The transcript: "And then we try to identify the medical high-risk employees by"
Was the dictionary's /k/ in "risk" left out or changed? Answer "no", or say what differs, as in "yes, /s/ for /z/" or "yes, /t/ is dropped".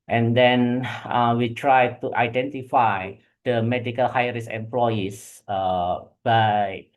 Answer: yes, /k/ is dropped